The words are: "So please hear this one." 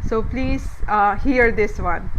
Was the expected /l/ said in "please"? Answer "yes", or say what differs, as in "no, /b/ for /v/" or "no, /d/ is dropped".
yes